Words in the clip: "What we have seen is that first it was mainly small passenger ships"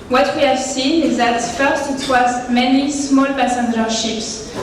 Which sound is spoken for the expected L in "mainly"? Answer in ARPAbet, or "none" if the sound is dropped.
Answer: none